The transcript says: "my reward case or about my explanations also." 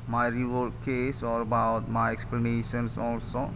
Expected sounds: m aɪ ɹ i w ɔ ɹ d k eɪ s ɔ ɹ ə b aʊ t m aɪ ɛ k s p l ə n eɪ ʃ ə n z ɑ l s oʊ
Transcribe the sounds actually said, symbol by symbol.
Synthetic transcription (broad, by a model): m aɪ ɹ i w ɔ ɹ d k eɪ s ɔ ɹ ə b aʊ t m aɪ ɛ k s p l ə n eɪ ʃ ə n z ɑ l s oʊ